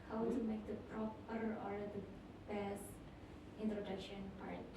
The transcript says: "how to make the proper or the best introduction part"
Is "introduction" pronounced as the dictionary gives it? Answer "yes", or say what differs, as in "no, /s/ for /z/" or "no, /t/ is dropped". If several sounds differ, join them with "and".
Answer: yes